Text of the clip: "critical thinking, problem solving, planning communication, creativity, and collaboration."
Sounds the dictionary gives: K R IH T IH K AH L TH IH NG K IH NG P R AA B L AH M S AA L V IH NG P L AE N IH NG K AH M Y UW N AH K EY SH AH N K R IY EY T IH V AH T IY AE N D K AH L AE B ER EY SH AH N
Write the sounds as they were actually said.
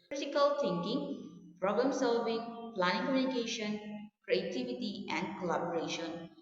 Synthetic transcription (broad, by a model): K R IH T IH K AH L T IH NG K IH NG P R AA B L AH M S AA L V IH NG P L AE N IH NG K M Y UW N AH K EY SH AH N K R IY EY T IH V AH T IY AE N D K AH L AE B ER EY SH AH N